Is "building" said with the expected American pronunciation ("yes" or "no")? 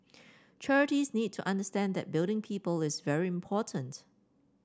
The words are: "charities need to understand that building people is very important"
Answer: yes